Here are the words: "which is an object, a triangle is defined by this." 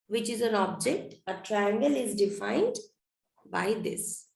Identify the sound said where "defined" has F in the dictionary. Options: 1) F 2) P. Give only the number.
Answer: 1